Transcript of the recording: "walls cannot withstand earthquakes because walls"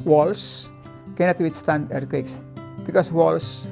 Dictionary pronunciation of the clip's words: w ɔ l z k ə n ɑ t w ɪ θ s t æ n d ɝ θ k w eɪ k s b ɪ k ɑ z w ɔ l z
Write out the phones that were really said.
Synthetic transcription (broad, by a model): w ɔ l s k ə n ɑ t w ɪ t s t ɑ n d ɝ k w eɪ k s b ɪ k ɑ s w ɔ l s